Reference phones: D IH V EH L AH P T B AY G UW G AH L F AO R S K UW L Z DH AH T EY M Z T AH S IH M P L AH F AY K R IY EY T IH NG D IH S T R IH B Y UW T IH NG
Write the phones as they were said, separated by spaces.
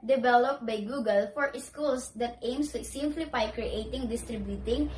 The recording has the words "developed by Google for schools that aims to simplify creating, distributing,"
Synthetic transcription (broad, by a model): D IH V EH L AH P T B AY G UW G AH L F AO R S K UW L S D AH T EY M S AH S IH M F L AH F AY K R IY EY T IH NG D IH S T R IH B Y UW T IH NG